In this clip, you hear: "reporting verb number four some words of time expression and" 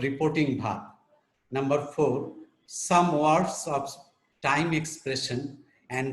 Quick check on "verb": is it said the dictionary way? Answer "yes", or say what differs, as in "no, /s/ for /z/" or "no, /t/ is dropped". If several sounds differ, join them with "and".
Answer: no, /b/ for /v/